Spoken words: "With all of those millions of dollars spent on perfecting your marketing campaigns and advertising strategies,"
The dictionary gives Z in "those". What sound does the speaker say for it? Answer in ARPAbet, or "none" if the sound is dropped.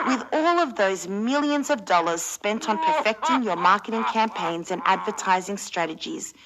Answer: Z